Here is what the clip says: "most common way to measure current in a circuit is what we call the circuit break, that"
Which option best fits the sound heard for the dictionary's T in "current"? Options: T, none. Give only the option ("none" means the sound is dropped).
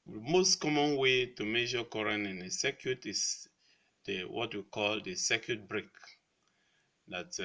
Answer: none